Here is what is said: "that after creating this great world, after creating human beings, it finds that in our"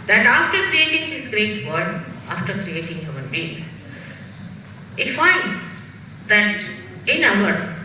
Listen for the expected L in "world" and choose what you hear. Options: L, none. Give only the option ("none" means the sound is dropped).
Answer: none